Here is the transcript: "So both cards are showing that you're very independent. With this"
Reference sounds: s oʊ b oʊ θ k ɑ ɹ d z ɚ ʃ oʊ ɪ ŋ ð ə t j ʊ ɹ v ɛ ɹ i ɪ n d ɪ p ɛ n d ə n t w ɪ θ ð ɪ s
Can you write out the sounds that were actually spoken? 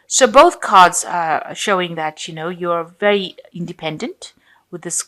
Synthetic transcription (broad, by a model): s oʊ b oʊ θ k ɑ ɹ d z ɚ ʃ oʊ ɪ ŋ ð ə t j ʊ ɹ v ɛ ɹ i ɪ n d ɪ p ɛ n d ə n t w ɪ ð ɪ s